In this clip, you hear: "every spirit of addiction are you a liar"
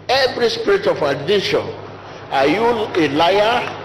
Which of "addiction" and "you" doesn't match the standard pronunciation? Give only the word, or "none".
addiction